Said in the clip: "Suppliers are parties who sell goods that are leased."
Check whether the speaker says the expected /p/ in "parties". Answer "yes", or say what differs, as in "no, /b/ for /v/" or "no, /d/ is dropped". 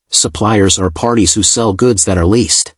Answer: yes